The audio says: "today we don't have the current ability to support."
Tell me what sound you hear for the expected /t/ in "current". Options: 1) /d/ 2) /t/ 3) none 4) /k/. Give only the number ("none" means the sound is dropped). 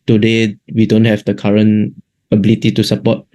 3